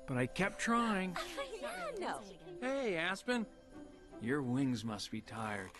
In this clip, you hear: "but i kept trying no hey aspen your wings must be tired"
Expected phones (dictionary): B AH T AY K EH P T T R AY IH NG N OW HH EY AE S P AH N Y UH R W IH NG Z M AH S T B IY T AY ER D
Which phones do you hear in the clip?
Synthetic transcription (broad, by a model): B AH T AY K EH P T T R AY IH NG N OW HH EY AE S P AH N Y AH R W IH NG Z M AH S T B IY T AY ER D